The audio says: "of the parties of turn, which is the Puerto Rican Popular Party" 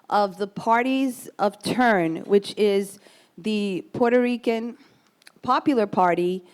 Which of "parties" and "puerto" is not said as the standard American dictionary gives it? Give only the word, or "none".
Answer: none